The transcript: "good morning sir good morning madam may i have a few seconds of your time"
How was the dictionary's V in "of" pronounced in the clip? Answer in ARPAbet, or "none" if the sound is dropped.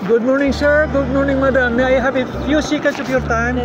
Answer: P